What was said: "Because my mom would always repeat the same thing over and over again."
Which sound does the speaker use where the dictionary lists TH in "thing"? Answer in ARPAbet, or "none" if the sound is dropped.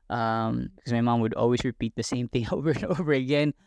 TH